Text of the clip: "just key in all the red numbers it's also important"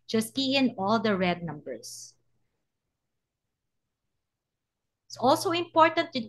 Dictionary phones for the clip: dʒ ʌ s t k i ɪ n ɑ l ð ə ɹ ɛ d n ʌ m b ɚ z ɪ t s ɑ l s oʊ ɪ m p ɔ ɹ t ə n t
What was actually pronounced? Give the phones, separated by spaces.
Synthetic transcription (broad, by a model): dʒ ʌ s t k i ɪ n ɑ l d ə ɹ ɛ d n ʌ m b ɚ s ɪ t s ɑ l s oʊ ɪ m p ɔ ɹ t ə n t